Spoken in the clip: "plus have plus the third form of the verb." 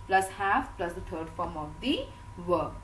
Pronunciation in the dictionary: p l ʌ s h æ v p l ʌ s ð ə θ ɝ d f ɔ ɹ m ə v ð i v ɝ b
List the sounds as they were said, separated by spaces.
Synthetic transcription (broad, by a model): p l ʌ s h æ f p l ʌ s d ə t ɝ d f ɔ ɹ m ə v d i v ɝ